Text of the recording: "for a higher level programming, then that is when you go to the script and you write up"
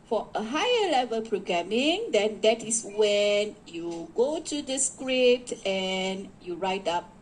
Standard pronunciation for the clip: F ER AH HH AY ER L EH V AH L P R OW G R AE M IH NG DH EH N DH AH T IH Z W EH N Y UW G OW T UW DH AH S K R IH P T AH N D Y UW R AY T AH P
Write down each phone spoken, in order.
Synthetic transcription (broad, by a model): F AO AH HH AY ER L EH V AH L P R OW G R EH M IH NG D EH N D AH T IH S W EH N Y UW G OW T UW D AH S K R IH P T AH N Y UW R AY T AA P